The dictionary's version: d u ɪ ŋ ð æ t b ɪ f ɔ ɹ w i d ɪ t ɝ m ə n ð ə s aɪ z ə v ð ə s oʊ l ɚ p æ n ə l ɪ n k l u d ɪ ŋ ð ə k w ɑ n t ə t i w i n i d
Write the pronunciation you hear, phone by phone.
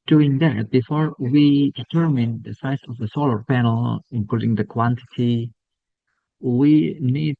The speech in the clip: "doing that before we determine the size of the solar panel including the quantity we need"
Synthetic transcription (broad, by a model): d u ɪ ŋ ð æ t b ɪ f ɔ ɹ w i d ɪ t ɝ m ə n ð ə s aɪ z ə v ð ə s oʊ l ɚ p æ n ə l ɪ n k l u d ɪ ŋ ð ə k w ɑ n t ə t i w i n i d